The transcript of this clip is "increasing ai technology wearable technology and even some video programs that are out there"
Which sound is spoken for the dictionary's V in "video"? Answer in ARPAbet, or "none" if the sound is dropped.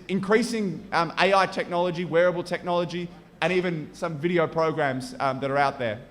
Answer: V